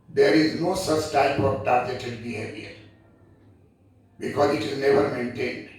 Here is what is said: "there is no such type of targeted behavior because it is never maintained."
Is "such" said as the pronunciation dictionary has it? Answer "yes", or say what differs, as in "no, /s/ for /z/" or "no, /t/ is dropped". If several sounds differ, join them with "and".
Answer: yes